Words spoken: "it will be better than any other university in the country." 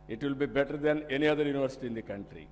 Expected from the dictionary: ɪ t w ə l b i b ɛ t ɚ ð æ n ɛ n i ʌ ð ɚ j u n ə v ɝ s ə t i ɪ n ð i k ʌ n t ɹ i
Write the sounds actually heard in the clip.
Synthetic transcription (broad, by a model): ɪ t w ə l b i b ɛ t ɚ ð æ n ɛ n i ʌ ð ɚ j u n ə v ɝ s ə t i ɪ n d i k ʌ n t ɹ i